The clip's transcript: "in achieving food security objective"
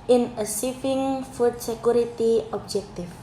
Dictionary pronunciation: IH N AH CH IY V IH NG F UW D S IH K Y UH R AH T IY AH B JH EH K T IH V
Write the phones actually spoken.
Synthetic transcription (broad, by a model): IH N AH S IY F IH NG F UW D S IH K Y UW R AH T IY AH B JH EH K T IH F